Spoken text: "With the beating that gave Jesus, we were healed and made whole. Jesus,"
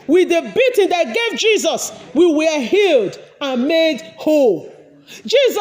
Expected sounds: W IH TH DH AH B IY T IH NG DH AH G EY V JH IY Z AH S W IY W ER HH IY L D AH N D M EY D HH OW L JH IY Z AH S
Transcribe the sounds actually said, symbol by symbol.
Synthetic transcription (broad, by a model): W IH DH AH B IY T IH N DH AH G EY V JH IY Z AH S W IY W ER HH IY L D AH N M EY D HH OW L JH IY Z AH